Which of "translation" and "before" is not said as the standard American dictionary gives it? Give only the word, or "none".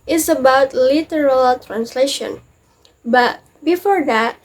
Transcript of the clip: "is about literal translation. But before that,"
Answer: none